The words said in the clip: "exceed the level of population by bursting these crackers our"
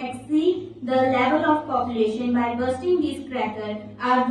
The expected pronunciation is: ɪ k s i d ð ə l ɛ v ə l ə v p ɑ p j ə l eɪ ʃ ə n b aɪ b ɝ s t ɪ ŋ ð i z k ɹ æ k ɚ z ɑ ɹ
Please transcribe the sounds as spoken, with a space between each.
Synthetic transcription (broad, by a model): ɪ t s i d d ə l ɛ v ə l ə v p ɑ p j ə l eɪ ʃ ə n b aɪ b ɝ s t ɪ ŋ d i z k ɹ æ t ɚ ɑ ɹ